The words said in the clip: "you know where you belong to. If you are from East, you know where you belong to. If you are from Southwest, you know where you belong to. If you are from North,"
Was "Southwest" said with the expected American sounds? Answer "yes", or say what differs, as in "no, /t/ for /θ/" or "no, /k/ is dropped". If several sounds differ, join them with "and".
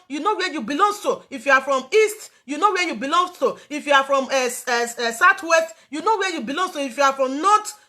no, /t/ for /θ/